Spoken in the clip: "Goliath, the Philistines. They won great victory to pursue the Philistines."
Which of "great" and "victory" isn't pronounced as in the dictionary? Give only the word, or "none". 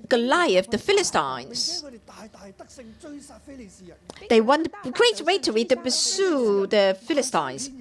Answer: victory